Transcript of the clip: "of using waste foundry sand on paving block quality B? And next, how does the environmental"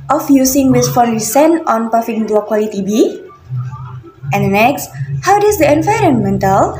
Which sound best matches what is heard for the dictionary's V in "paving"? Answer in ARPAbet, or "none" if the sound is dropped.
F